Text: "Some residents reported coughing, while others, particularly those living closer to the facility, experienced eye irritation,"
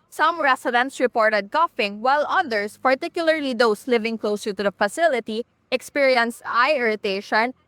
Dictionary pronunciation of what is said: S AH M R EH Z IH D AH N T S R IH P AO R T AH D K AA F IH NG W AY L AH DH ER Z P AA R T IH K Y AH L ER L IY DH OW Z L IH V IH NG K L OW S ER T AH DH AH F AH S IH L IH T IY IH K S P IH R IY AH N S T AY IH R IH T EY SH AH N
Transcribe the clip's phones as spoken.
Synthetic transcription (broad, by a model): S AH M R EH S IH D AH N T S R IH P AO R T AH D K AA F IH NG W AY L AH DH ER S P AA R T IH K Y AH L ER L IY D OW S L IH V IH NG K L OW S ER T AH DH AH F AH S IH L IH T IY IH K S P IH R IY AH N S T AY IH R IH T EY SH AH N